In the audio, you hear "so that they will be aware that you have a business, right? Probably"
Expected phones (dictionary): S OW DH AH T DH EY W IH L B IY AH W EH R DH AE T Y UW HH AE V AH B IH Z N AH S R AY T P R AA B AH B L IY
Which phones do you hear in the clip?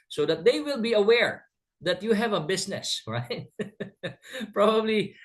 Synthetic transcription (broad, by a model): S OW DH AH T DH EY W IH L B IY AH W EH R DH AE T Y UW HH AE V AH B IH S N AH S R AY T P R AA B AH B L IY